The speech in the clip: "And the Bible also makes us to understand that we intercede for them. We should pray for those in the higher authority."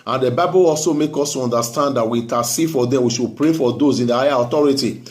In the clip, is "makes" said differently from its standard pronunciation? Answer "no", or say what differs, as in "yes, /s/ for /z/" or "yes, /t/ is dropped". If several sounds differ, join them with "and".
yes, /s/ is dropped